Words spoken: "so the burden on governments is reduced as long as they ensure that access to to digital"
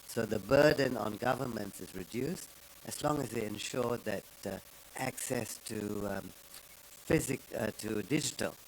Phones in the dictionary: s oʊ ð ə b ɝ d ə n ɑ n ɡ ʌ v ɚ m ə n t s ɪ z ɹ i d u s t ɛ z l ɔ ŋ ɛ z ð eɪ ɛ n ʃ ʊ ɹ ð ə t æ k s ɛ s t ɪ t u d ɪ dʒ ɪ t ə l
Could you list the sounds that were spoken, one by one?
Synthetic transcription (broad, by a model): s oʊ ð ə b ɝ d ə n ɑ n ɡ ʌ v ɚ m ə n t s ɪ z ɹ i d u s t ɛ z l ɔ ŋ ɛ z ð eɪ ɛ n ʃ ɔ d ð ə t æ k s ɛ s t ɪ t u d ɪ dʒ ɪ t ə l